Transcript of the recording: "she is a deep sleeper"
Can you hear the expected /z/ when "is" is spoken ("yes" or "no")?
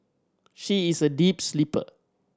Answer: no